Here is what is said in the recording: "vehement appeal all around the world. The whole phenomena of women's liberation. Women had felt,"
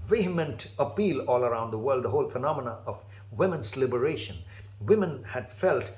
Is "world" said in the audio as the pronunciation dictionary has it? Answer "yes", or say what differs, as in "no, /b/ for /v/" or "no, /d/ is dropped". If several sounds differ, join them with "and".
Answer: yes